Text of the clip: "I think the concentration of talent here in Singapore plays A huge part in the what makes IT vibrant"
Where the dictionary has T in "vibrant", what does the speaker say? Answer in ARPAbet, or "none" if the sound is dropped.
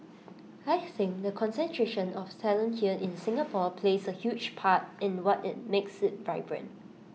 none